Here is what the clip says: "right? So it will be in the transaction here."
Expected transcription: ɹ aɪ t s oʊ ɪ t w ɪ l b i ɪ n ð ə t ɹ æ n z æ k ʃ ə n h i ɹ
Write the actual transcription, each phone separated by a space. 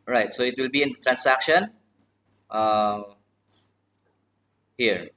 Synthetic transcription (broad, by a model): ɹ aɪ t s oʊ ɪ t w ɪ l b i ɪ n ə t ɹ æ n s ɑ k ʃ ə n h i ɹ